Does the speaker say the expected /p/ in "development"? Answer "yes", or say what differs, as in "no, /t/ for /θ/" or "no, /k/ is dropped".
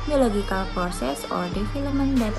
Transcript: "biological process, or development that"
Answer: no, /p/ is dropped